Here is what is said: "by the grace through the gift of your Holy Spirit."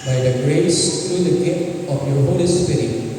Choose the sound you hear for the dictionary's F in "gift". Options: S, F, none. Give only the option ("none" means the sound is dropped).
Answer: none